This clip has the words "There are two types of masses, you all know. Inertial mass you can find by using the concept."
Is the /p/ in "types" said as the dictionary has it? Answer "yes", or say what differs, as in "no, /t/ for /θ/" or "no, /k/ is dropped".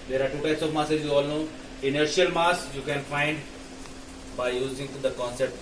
no, /p/ is dropped